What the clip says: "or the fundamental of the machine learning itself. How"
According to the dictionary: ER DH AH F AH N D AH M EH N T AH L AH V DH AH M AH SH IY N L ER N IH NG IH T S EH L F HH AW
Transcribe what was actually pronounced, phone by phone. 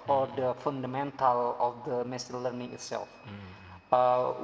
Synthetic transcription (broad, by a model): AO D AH F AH N D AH M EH N T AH L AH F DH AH M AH S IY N L ER N IH NG IH T S EH L F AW